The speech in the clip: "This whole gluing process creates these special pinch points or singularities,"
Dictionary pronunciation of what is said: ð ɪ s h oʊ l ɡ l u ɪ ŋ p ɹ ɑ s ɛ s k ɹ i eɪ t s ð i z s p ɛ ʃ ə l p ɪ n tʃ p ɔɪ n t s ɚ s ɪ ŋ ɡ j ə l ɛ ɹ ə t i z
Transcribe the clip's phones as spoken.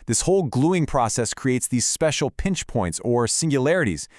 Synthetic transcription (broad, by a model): ð ɪ s h oʊ l ɡ l u ɪ ŋ p ɹ ɑ s ɛ s k ɹ i eɪ t s ð i z s p ɛ ʃ l p ɪ n tʃ p ɔɪ n t s ɚ s ɪ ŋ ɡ j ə l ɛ ɹ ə t i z